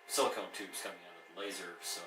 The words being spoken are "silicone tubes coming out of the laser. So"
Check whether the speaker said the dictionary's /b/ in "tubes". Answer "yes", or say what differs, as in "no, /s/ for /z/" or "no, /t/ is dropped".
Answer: no, /b/ is dropped